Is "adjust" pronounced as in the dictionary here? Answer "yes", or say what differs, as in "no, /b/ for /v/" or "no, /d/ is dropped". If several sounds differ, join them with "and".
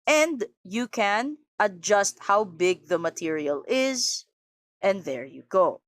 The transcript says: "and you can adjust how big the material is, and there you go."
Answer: yes